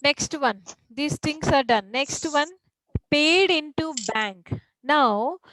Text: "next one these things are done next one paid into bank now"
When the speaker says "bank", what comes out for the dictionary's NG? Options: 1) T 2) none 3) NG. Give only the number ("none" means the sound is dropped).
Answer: 3